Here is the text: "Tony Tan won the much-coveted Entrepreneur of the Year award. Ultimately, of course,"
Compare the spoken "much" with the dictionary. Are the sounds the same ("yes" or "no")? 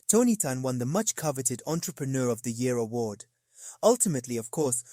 yes